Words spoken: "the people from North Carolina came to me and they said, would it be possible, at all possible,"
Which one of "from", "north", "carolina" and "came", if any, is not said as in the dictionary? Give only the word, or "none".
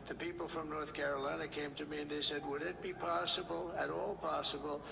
none